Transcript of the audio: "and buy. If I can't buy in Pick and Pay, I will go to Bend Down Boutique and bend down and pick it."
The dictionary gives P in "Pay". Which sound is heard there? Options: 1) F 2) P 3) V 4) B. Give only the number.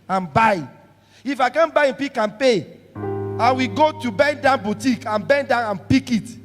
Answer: 2